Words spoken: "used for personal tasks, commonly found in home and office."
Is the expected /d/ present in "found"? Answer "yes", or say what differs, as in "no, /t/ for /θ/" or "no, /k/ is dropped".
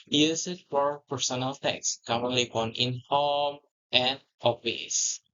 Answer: no, /d/ is dropped